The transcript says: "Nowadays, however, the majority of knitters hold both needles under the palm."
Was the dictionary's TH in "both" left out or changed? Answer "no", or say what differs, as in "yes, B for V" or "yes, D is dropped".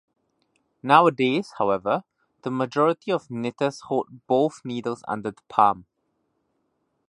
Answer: no